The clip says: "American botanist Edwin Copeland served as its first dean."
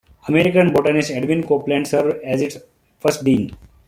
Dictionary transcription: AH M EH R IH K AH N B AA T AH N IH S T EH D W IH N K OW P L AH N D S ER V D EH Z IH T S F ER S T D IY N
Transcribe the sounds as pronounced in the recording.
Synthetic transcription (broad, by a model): AH M EH R IH K AH N B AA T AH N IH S EH D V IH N K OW P L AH N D S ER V EH Z IH T S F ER S T D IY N